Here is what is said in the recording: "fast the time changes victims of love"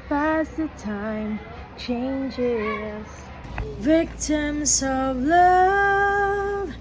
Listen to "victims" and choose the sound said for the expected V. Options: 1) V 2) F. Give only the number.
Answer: 1